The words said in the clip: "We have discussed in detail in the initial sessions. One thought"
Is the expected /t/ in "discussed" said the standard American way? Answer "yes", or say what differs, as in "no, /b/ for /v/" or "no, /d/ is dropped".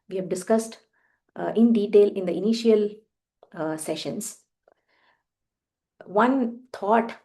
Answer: yes